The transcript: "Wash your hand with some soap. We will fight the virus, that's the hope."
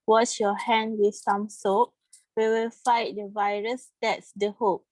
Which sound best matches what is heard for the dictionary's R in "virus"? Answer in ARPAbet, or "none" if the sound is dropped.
R